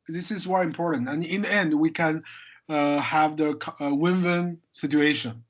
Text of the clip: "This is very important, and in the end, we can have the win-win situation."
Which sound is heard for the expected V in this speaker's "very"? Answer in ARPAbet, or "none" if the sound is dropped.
W